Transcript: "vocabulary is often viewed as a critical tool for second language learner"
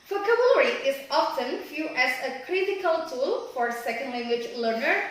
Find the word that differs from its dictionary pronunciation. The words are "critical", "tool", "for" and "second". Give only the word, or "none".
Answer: none